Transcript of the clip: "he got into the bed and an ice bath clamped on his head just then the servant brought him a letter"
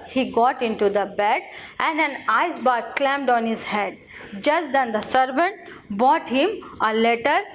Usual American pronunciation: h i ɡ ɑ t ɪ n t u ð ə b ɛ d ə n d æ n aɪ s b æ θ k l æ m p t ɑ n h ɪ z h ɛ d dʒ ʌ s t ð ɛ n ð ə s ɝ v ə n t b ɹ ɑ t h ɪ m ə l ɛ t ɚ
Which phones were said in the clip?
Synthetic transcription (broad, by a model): h i ɡ ɑ t ɪ n t u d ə b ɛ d ə n d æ n aɪ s b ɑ k l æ m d ɑ n h ɪ z h ɛ d dʒ ʌ s t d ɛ n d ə s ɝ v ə n t b ɑ t h ɪ m ə l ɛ t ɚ